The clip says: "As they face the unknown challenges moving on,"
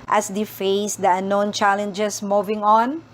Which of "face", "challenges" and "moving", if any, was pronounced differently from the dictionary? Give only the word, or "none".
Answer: challenges